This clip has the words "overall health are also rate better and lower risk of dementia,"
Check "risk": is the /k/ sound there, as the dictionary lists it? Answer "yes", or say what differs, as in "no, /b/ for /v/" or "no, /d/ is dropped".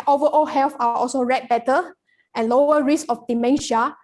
no, /k/ is dropped